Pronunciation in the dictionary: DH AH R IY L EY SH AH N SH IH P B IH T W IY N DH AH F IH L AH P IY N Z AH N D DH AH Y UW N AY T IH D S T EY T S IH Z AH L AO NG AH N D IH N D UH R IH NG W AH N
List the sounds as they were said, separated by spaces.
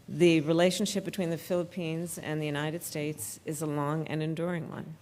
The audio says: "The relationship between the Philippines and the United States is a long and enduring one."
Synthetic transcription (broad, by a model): DH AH R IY L EY SH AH N SH IH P B IH T W IY N DH AH F IH L AH P IY N Z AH N DH AH Y UW N AY T IH D S T EY T S IH Z AH L AO NG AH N IH N D UH R IH NG W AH N